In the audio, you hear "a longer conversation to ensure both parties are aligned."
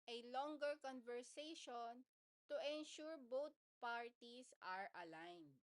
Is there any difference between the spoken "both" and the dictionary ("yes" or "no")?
yes